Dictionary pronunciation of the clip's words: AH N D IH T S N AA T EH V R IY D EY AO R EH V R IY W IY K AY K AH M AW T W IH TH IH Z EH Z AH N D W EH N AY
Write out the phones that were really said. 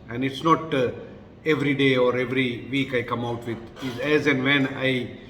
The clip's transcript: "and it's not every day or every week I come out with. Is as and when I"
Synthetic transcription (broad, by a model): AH N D IH T S N AA T EH V R IY D EY AO R EH V R IY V IY K AY K AH M AW T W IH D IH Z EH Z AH N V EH N AY